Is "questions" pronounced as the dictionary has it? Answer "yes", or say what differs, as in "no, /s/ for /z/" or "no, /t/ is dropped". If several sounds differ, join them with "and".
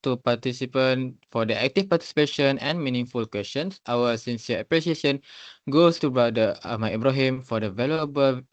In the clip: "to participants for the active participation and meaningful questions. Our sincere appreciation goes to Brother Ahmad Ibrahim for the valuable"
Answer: no, /s/ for /z/